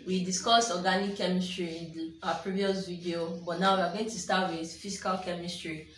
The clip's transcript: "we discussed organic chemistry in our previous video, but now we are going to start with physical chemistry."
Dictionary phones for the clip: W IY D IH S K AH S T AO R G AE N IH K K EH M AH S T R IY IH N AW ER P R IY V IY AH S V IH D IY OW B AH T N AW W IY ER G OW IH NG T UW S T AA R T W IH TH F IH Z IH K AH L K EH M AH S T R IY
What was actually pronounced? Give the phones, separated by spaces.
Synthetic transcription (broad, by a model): W IY D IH S K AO S AO G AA N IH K K EH M AH S T R IY IH N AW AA P R IY V IY AH S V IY D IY OW B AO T N AW W IY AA G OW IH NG T UW S T AA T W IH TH F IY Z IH K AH L K EH M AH S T R IY